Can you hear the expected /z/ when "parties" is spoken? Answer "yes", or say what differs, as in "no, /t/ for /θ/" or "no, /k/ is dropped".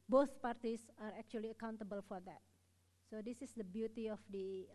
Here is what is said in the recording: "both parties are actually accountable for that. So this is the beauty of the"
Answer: no, /s/ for /z/